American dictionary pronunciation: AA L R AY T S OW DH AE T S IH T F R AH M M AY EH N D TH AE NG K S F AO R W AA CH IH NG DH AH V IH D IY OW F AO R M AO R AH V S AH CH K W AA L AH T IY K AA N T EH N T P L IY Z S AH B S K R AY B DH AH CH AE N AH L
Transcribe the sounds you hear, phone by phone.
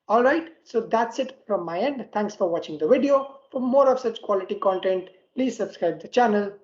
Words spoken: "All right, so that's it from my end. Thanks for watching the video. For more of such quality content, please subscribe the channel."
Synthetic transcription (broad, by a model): AA L R AY T S OW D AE T S IH T F R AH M M AY EH N D T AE NG K S F AO R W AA CH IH NG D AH V IH D IY OW F AO R M AO R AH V S AH CH K W AA L AH T IY K AA N T EH N T P L IY Z S AH B S K R AY B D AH CH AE N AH L